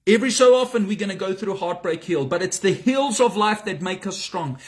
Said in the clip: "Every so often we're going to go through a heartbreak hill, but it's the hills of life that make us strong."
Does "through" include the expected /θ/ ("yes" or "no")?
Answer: yes